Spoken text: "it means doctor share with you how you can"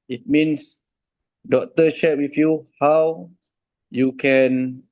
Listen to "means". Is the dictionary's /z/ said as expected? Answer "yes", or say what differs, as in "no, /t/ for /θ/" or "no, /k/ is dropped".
no, /s/ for /z/